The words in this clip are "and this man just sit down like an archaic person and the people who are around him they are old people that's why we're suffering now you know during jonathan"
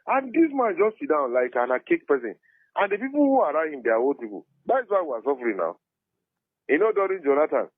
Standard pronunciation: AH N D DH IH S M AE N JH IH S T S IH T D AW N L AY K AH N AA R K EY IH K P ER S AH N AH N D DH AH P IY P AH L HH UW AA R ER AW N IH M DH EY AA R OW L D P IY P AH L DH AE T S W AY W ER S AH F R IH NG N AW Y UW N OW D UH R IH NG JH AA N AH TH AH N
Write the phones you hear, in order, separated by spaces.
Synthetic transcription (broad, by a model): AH N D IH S M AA N JH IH S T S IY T D AW N L AY K AH N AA K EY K P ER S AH N AH N D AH P IY P AH L HH UW AA R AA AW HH IH M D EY AA W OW D P IY P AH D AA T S W AY W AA S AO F R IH N AW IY N OW D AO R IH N JH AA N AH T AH N